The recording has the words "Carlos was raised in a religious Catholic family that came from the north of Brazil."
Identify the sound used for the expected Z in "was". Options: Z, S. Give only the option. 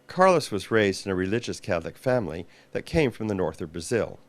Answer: Z